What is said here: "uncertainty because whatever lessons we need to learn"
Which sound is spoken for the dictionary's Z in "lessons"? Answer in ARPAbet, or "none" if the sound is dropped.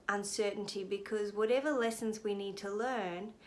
Z